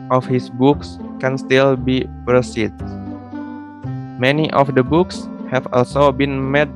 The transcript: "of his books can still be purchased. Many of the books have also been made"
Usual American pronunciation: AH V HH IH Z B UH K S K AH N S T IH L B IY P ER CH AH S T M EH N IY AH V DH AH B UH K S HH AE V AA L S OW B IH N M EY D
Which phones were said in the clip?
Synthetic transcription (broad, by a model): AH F HH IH S B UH K S K AH N S T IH L B IY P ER S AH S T M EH N IY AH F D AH B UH K S HH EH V AA L S OW B IH N M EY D